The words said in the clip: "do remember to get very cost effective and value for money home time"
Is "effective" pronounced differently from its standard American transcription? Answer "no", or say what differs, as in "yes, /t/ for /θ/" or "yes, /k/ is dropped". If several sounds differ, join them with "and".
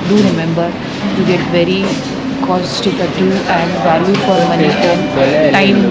yes, /k/ is dropped